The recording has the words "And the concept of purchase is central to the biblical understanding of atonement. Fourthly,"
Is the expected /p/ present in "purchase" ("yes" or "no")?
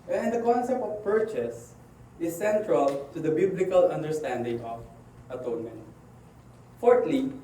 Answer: yes